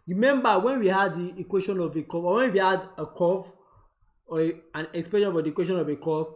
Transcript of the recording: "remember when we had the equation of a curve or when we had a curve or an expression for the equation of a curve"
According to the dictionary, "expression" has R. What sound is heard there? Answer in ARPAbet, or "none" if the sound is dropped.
none